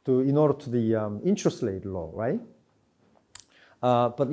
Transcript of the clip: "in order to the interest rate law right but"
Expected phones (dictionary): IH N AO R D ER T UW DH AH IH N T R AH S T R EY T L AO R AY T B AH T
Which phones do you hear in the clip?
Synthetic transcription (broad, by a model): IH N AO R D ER T UW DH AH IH N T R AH S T L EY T L AO R AY T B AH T